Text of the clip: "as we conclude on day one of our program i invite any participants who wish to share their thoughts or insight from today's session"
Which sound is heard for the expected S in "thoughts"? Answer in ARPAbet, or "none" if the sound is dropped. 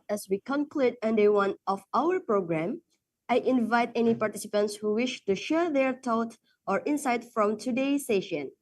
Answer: none